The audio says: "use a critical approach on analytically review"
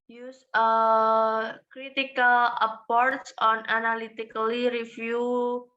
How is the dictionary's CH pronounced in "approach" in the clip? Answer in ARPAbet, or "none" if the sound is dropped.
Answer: S